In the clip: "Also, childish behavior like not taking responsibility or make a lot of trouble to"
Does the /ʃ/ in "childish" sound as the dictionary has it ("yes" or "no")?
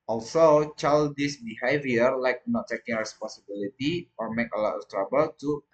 no